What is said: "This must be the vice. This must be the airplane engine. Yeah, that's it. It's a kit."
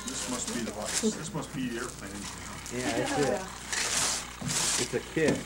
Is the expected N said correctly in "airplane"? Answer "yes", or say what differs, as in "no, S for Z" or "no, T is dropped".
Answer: no, N is dropped